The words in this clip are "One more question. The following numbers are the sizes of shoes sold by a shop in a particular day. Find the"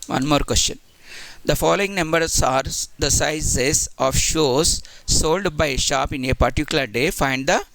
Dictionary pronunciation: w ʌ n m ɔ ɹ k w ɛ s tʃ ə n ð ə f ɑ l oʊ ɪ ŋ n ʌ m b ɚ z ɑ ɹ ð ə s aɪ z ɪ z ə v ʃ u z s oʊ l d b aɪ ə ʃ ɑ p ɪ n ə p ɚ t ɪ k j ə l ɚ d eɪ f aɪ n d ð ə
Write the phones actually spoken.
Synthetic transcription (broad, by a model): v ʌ n m ɔ ɹ k w ɛ s tʃ ə n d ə f ɑ l oʊ ɪ ŋ n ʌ m b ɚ s ɑ ɹ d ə s aɪ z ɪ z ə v ʃ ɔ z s oʊ l d b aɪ ə ʃ ɑ p ɪ n ə p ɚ t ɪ k j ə l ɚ d eɪ f aɪ n d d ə